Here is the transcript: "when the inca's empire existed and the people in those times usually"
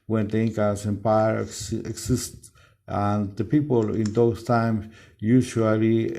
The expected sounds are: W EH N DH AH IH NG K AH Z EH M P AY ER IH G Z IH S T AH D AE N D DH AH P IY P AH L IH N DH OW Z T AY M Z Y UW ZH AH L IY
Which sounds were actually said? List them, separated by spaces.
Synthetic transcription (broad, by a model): W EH N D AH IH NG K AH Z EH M P AY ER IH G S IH S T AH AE N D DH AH P IY P AH L IH N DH OW S T AY M S Y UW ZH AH L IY